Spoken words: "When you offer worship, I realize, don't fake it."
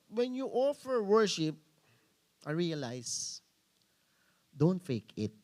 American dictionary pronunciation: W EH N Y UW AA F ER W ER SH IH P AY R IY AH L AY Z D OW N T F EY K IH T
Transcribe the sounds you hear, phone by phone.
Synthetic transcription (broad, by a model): W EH N Y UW AA F ER W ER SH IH P AY R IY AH L AY S D OW N T F EY K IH T